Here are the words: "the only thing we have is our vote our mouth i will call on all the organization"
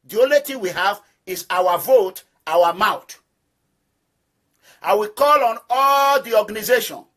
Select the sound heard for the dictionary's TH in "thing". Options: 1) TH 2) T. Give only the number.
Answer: 2